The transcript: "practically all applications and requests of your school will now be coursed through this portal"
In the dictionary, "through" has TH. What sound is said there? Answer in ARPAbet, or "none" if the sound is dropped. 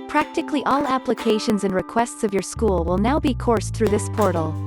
TH